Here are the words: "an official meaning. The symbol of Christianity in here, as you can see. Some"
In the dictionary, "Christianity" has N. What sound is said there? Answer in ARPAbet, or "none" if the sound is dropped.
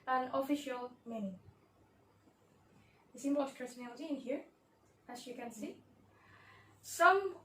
L